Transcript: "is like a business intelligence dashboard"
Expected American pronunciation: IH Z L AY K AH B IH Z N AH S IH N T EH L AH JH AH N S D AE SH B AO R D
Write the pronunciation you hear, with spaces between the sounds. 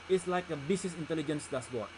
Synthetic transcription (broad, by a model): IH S L AY K AH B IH S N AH S IH N T EH L AH JH AH N S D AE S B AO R